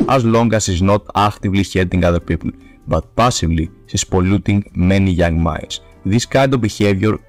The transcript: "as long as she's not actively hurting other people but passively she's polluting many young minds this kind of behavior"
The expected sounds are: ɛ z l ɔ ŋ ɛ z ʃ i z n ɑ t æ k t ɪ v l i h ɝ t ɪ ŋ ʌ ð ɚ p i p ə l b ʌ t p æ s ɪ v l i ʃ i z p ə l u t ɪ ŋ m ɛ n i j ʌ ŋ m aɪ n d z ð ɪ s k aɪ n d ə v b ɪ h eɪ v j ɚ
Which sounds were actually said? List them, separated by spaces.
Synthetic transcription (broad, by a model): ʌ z l ɔ ŋ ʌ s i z n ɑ t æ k t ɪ v l i h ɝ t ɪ ŋ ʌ ð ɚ p i p ə l b ʌ t p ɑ s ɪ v l i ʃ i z p ə l u t ɪ ŋ m ɛ n i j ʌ ŋ m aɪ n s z ð ɪ s k aɪ n d ə v b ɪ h eɪ v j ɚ